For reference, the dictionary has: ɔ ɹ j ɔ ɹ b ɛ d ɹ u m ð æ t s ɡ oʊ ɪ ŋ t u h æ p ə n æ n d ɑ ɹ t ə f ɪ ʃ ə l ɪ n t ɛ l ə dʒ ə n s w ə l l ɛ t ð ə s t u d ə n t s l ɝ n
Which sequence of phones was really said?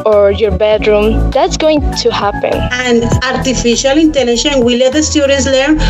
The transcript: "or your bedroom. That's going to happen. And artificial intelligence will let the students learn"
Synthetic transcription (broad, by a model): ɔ ɹ j ɔ ɹ b ɛ d ɹ u m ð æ t s ɡ oʊ ɪ ŋ t u h æ p ə n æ n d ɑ ɹ t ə f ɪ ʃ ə l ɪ n t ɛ l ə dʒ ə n w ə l l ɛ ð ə s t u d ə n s l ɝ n